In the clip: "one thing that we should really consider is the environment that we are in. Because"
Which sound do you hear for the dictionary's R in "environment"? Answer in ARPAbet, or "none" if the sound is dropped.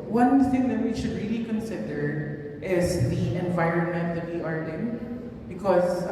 R